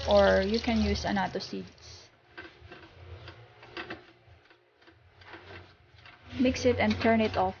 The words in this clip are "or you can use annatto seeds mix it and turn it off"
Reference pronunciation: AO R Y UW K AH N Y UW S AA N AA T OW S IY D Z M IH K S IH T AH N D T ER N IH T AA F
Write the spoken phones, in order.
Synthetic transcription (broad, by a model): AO R Y UW K AH N Y UW S AA N AA T OW S IY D S M IH K S IH T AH N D T ER N IH T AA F